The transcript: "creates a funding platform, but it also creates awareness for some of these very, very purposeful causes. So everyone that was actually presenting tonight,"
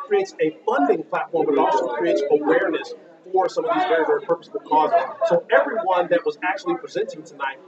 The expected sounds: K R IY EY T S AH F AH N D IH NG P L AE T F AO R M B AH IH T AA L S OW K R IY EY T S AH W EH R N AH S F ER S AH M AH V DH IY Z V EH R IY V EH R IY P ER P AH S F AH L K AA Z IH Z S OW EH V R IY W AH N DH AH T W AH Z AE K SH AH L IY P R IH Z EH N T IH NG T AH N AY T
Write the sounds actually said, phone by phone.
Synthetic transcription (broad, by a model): K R IY EY T S AH F AH N D IH NG P L AE T F AO R M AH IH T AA S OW K R IY EY T S AH W EH R N AH S F ER S AH M AH V DH IY Z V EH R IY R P ER P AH S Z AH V K AA Z IH Z S OW EH V R IY W AH N DH AH T W AH Z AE K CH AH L IY P R IH Z EH N T IH NG T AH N AY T